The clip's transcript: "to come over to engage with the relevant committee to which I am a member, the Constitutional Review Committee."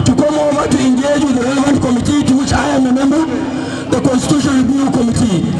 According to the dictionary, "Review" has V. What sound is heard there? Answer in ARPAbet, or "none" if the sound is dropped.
none